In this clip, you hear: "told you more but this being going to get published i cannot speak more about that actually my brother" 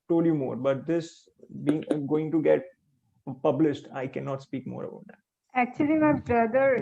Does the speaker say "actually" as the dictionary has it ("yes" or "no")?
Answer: yes